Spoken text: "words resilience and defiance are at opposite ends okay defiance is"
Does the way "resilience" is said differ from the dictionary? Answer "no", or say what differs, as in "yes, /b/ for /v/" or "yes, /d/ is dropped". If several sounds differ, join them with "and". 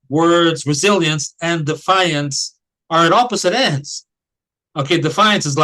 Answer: no